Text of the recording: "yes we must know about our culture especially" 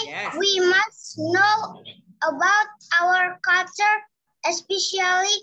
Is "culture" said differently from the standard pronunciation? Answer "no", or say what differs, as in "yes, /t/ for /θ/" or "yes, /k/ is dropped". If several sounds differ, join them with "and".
yes, /l/ is dropped